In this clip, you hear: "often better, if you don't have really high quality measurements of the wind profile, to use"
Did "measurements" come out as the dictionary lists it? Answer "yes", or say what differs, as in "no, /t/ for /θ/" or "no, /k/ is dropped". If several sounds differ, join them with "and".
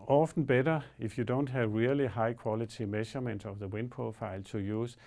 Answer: no, /ʃ/ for /ʒ/